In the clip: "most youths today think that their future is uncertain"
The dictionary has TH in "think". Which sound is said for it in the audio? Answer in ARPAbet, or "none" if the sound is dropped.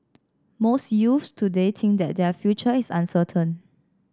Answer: T